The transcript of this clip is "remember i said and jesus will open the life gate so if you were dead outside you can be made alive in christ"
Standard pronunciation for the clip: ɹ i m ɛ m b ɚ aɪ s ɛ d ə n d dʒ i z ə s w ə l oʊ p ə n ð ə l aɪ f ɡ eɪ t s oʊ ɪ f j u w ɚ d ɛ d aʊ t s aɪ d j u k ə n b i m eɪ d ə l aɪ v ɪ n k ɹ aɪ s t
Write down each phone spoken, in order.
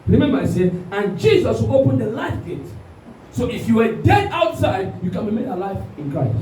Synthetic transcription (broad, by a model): ɹ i m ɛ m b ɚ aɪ s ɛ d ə n dʒ i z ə s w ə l oʊ p ə n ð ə l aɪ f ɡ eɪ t s oʊ ɪ f j u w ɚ d ɛ d aʊ t s aɪ d j u k ə n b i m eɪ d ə l aɪ f ɪ n k ɹ aɪ s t